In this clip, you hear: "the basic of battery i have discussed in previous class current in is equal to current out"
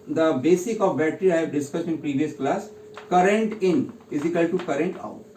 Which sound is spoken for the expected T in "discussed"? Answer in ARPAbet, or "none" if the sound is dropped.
T